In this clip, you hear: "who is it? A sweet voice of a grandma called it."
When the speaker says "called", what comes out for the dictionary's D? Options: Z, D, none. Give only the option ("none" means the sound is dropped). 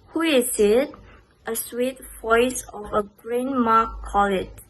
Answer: none